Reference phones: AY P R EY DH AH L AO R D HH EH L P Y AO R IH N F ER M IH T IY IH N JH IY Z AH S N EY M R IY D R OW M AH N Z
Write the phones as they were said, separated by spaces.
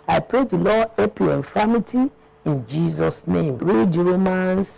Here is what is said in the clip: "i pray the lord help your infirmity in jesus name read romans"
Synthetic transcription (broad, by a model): AY P R EY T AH L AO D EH P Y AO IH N F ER M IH T IY IH N JH IY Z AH S N EY M R IY D R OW M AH N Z